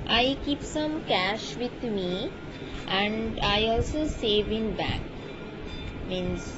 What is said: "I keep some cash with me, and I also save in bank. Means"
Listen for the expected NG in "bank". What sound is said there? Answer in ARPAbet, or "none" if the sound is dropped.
none